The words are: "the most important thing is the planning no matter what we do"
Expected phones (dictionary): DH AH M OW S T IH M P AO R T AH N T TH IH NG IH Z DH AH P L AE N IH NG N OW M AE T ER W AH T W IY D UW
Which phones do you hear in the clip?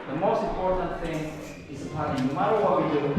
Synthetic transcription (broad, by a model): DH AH M OW S T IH M P AO R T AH N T TH IH NG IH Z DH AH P AA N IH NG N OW M AE T ER W AH T W IY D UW